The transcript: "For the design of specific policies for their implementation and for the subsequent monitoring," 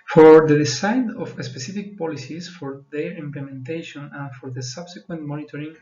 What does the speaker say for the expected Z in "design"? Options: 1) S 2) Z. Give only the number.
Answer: 1